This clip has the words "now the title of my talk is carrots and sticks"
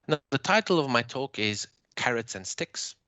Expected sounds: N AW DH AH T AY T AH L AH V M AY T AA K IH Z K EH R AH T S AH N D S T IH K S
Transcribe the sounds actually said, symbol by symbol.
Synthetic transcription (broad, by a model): N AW DH AH T AY T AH L AH V M AY T AA K IH Z K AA R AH T S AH N S T IH K S